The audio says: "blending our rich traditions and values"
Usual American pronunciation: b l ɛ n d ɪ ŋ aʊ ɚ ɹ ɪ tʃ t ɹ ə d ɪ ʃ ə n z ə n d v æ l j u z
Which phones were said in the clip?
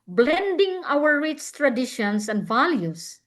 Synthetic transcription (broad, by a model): b l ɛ n d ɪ ŋ aʊ ɚ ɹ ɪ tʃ t ɹ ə d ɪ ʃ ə n s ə n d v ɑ l j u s